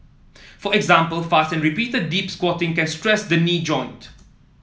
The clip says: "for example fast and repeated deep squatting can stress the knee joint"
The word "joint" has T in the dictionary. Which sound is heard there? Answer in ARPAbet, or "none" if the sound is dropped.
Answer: T